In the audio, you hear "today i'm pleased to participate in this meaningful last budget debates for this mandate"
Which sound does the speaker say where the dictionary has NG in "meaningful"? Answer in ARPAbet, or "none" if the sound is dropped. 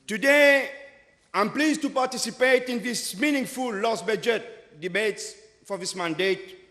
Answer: NG